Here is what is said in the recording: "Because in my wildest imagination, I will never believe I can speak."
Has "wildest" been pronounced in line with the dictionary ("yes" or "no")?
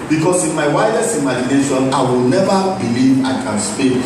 no